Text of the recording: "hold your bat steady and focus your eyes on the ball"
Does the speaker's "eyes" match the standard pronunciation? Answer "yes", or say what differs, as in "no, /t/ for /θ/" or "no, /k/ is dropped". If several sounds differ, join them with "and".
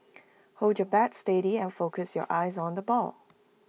yes